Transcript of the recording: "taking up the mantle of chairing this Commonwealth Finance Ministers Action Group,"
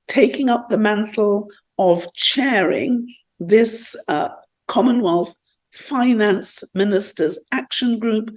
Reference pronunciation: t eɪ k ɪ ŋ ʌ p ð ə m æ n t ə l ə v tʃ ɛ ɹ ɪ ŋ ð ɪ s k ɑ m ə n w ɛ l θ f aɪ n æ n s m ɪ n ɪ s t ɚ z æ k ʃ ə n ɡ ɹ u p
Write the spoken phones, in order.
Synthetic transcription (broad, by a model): t eɪ k ɪ ŋ ʌ p ð ə m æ n t l ə v tʃ ɛ ɹ ɪ ŋ ð ɪ s k ɑ m ə n w ɛ l θ f aɪ n æ n s m ɪ n ɪ s t ɚ z æ k ʃ ə n ɡ ɹ u p